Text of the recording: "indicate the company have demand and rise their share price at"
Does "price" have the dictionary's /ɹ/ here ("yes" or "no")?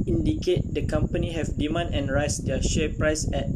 yes